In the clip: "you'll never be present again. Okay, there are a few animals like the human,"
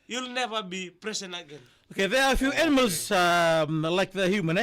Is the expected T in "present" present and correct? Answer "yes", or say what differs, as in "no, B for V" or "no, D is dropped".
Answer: no, T is dropped